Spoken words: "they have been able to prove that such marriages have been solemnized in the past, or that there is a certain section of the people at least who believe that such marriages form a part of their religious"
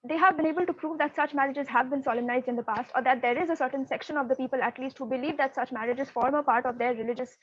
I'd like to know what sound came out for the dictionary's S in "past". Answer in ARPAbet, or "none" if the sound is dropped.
S